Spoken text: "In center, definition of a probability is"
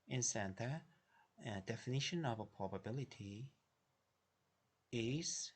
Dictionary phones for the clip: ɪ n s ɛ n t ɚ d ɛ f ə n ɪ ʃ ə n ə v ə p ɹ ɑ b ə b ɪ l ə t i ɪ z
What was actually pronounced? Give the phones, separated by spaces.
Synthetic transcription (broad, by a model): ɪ n s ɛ n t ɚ d ɛ f ə n ɪ ʃ ə n ə v ə p ɹ ɑ b ə b ɪ l ə t i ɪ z